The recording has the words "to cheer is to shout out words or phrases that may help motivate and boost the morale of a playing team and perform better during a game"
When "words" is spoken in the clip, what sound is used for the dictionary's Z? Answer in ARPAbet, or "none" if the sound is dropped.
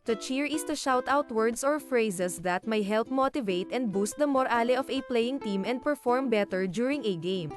S